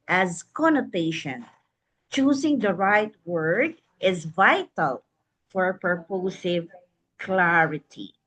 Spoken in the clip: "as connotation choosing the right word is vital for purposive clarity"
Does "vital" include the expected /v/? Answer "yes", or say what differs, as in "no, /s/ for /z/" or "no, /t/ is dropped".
yes